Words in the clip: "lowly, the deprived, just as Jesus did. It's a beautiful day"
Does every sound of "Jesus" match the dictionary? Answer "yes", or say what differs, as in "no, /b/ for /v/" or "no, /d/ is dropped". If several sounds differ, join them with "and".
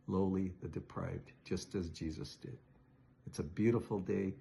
yes